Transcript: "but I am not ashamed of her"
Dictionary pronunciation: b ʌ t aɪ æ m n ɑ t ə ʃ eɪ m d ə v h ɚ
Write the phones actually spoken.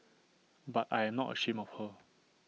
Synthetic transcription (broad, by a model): b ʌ t aɪ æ m n ɑ t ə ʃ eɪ m ə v h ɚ